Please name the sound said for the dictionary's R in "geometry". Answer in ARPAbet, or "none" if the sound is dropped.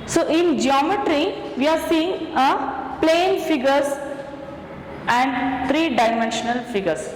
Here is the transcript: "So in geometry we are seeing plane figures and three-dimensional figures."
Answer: R